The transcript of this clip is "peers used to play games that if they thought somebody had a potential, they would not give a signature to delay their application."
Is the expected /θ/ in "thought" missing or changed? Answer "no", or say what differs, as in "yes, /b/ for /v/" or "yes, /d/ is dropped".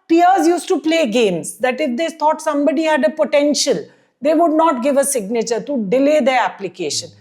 yes, /t/ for /θ/